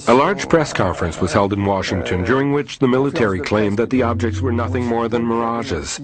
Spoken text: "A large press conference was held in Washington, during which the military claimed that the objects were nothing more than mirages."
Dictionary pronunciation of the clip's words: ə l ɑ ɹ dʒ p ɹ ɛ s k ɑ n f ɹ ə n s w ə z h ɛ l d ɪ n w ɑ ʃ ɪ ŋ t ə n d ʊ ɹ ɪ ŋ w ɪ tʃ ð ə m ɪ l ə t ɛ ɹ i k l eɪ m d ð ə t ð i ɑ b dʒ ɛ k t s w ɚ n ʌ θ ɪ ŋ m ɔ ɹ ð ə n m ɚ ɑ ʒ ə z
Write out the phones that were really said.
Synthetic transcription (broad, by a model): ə l ɑ ɹ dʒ p ɹ ɛ s k ɑ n f ɹ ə n s w ə z h ɛ l d ɪ n w ɑ ʃ ɪ ŋ t ə n d ʊ ɹ ɪ ŋ w ɪ tʃ ð ə m ɪ l ə t ɛ ɹ i k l eɪ m ð ə t ð i ɑ b dʒ ɛ k t s w ɚ n ʌ θ ɪ ŋ m ɔ ɹ ð ə n m ɚ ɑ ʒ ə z